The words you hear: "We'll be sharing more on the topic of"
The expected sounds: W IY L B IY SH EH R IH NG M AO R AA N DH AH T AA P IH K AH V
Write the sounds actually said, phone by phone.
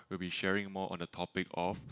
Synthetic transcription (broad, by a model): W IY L B IY SH EH R IH NG M AO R AA N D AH T AA P IH K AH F